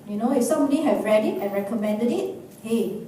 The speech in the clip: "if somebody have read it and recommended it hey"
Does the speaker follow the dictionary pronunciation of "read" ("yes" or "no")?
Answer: yes